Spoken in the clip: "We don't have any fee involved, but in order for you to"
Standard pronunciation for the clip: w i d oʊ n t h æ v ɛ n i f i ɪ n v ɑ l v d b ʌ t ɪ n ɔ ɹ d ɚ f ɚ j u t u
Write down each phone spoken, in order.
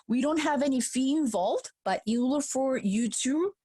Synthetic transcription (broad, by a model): w i d oʊ n t h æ v ɛ n i f i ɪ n v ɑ l v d b ʌ t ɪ l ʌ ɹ f ɚ j u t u